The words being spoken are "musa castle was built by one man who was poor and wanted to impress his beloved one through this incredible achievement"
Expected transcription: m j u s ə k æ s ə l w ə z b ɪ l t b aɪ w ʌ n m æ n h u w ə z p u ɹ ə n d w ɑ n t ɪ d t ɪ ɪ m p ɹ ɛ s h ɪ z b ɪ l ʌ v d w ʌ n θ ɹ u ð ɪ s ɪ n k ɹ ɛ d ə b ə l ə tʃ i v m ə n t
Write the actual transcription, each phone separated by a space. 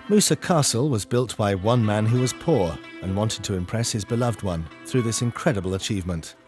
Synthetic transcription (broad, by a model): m u s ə k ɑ s l w ə z b ɪ l t b aɪ w ʌ n m æ n h u w ə z p u ɹ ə n w ɑ n t ɪ d t ɪ ɪ m p ɹ ɛ s h ɪ z b ɪ l ʌ v d w ʌ n θ ɹ u ð ɪ s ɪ n k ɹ ɛ d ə b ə l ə tʃ i v m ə n t